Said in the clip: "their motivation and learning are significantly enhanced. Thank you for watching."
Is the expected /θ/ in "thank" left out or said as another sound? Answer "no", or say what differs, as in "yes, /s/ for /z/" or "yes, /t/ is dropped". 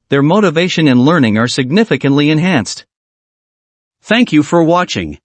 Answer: no